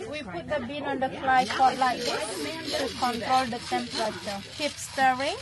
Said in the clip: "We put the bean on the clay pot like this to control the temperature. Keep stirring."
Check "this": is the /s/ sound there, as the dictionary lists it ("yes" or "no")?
no